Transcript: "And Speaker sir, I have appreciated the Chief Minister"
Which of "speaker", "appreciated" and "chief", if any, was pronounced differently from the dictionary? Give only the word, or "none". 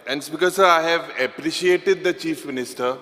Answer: speaker